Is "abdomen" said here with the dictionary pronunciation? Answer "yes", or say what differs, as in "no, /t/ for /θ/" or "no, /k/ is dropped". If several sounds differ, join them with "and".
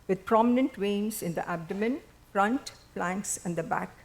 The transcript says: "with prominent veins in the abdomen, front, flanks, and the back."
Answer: yes